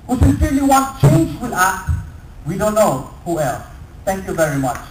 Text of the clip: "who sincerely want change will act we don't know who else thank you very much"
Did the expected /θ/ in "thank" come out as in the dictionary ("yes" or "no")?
no